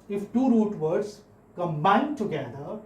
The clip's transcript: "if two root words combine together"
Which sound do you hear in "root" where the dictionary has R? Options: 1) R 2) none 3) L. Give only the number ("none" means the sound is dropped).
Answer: 1